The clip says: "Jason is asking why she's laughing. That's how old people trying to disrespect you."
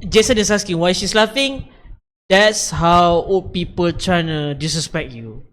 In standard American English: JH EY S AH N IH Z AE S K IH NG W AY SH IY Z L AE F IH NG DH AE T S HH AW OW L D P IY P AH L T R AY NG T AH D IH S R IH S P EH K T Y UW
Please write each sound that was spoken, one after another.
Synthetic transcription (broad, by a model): JH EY S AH N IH S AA S K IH NG W AY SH IY S L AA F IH NG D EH T S HH AW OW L P IY P AH L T R AY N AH D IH S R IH S P EH K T Y UW